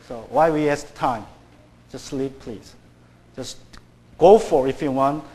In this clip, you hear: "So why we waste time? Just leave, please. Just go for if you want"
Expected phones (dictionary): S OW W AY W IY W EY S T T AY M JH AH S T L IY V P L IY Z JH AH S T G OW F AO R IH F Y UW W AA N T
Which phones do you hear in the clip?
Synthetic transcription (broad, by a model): S OW W AY W IY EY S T T AY M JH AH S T L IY P P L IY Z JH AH S G OW F AO R IH F Y UW W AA N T